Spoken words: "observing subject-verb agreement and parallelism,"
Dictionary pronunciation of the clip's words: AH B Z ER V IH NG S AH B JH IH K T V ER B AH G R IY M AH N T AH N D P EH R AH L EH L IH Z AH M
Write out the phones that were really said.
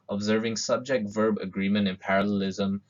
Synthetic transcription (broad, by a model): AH B Z ER V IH NG S AH B JH IH K T V ER B AH G R IY M AH N T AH N P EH R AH L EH L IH Z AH M